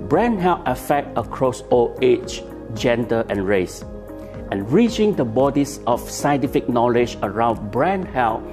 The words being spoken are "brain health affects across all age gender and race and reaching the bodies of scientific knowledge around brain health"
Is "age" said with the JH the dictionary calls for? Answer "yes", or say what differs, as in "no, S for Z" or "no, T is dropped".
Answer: no, CH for JH